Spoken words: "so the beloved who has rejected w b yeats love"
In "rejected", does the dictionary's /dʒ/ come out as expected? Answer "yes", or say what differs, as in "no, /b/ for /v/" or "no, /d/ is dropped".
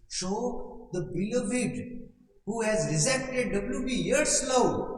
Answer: no, /z/ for /dʒ/